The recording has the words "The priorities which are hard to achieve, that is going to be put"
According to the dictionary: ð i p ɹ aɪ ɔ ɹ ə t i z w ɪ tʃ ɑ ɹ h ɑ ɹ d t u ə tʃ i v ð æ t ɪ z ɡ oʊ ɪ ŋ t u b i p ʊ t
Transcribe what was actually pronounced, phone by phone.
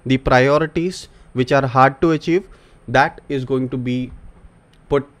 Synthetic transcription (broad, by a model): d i p ɹ aɪ ɔ ɹ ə t i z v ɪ tʃ ɑ ɹ h ɑ ɹ d t u ə tʃ i v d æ t ɪ z ɡ oʊ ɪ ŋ t u b i p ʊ t